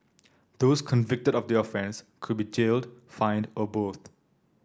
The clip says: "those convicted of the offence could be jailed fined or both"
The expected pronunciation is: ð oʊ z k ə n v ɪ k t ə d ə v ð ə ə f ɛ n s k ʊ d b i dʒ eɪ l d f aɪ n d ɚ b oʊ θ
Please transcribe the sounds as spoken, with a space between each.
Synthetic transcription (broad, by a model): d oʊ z k ə n v ɪ k t ə d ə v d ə ə f ɛ n s k ʊ d b i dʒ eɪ l d f aɪ n d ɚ b oʊ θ